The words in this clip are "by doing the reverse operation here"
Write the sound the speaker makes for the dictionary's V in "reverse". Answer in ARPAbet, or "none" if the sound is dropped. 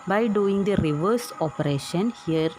V